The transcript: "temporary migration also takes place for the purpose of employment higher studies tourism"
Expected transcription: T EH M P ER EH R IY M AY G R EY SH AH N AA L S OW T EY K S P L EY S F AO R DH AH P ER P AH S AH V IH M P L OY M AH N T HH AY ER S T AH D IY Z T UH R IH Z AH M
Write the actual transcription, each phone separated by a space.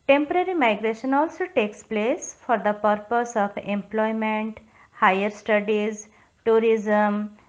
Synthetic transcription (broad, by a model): T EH M P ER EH R IY M AY G R EY SH AH N AA L S OW T EY K S P L EY S F AO R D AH P ER P AH S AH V IH M P L OY M AH N T HH AY ER S T AH D IY Z T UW R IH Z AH M